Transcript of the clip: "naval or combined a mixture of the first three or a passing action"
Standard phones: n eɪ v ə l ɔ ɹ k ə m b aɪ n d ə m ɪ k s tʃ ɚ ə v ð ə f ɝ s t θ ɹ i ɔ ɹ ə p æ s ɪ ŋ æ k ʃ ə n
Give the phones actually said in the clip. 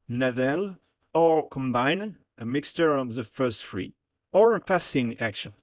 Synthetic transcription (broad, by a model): n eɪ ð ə l ɔ ɹ k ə m b aɪ n ə m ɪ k s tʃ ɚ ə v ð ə f ɝ s t f ɹ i ɔ ɹ ə p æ s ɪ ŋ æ k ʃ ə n